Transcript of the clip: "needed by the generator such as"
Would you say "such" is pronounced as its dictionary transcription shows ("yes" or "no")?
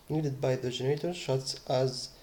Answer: no